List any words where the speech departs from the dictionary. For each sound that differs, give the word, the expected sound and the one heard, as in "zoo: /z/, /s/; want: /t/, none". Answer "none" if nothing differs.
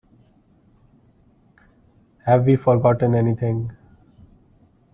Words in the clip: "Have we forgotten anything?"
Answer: anything: /θ/, /t/